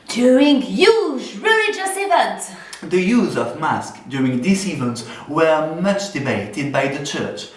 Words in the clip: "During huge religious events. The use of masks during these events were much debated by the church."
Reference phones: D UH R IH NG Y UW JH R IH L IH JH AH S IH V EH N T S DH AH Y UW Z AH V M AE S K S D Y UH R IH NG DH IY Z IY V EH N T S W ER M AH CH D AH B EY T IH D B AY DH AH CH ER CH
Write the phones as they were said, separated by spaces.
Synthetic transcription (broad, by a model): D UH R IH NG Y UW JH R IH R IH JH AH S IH V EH N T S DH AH Y UW Z AH V M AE S K D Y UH R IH NG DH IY S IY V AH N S W ER M AH CH D AH B EY T IH D B AY DH AH CH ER CH